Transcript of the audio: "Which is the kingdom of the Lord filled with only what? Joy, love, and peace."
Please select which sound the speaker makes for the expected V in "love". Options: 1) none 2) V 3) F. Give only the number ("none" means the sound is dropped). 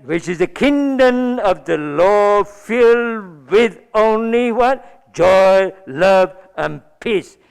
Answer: 2